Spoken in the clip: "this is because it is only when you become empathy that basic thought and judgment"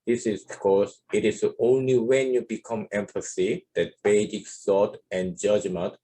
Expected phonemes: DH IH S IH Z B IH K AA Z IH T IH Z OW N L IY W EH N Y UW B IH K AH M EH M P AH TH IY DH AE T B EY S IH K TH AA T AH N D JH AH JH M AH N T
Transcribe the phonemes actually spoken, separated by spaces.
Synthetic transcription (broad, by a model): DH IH S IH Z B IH K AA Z IH T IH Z OW N L IY W EH N Y UW B IH K AH M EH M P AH S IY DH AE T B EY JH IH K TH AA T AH N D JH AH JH M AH N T